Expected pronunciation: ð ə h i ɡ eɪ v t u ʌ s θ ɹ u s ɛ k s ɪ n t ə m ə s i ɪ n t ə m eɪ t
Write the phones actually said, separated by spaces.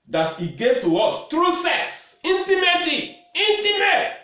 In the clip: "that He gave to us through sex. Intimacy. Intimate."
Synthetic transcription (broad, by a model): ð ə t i ɡ eɪ v t u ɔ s t ɹ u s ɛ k s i n t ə m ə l i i n t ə m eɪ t